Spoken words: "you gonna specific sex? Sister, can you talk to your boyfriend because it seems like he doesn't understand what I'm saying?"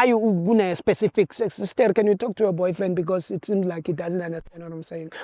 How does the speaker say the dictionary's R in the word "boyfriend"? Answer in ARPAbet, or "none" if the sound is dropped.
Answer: R